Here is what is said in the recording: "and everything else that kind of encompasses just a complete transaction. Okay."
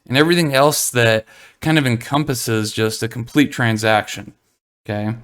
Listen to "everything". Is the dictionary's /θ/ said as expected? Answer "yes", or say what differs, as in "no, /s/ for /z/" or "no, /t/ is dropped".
yes